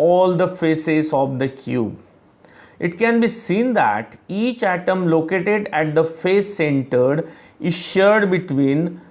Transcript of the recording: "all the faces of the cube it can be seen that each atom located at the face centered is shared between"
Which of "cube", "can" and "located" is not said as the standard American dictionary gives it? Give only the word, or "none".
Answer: none